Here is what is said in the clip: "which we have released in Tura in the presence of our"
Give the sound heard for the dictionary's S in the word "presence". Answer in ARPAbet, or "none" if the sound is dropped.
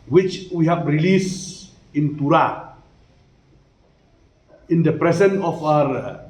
none